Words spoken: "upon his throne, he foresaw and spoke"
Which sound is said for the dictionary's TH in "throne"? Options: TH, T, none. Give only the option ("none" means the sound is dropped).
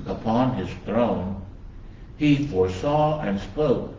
TH